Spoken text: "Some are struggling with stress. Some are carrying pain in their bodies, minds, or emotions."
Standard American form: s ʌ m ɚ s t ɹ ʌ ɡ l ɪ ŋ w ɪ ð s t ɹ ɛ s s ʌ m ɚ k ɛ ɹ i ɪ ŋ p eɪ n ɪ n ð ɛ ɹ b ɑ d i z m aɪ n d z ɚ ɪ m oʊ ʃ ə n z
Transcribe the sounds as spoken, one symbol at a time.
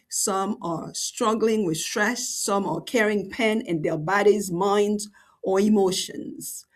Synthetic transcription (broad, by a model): s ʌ m ɚ s t ɹ ʌ ɡ l ɪ ŋ w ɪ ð s t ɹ ɛ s s ʌ m ɚ k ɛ ɹ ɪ ŋ p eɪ n ɪ n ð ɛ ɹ b ɑ d i z m aɪ n d z ɚ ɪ m oʊ ʃ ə n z